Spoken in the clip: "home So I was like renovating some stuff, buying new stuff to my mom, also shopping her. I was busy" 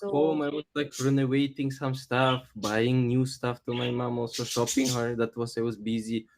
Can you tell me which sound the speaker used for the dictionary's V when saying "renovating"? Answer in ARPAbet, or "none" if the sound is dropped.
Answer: W